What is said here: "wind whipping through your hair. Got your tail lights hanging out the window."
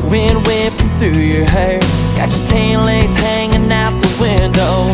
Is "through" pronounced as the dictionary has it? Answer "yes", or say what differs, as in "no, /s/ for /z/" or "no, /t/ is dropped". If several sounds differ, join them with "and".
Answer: yes